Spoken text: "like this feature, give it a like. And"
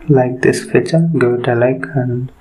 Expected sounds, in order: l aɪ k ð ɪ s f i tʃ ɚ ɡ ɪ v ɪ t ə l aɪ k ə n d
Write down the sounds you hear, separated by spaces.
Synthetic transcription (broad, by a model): l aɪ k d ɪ s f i tʃ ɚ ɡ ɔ ɪ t ə l aɪ k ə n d